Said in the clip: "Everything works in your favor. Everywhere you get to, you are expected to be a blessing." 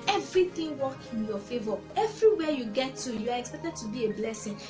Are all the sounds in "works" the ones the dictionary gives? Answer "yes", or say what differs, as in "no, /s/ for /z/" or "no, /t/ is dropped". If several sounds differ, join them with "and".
no, /s/ is dropped